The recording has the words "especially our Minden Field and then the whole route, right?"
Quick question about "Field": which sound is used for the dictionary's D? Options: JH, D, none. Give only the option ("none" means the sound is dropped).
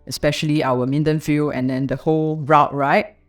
none